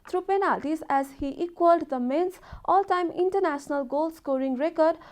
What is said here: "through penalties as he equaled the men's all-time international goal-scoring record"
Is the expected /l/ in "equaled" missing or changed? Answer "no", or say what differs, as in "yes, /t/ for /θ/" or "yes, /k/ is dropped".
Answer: no